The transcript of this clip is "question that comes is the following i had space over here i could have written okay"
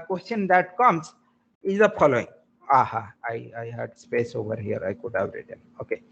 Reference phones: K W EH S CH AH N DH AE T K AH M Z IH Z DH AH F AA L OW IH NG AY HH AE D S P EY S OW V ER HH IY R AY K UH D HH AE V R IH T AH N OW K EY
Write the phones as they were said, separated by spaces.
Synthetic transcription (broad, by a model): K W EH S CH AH N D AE T K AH M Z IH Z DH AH P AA L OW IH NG AY HH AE D S P EY S OW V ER HH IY R AY K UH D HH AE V R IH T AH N OW K EY